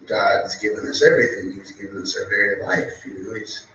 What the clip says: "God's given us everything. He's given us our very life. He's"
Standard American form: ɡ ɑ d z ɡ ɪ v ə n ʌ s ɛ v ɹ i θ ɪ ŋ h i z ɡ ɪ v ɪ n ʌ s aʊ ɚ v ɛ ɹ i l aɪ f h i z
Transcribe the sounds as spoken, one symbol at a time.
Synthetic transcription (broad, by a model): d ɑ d z ɡ ɪ v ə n ʌ s ɛ v ɹ i θ ɪ ŋ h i z ɡ ɪ v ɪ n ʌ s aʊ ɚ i i l aɪ f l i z